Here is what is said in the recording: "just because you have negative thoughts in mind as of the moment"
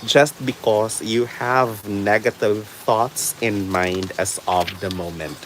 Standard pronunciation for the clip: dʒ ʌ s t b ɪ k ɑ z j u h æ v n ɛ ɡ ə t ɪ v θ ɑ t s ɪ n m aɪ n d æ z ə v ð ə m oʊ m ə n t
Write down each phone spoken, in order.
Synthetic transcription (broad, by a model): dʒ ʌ s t b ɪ k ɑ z j u h æ v n ɛ ɡ ə t ɪ v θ ɑ t s ɪ n m aɪ n d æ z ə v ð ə m oʊ m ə n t